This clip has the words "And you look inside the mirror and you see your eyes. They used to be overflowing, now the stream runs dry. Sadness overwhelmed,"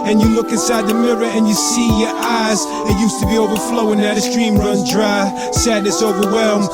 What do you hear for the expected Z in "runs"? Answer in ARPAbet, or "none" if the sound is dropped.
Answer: none